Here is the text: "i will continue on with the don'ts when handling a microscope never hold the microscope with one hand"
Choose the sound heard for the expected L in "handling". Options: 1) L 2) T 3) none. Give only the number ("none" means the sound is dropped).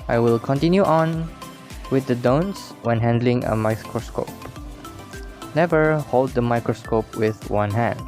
1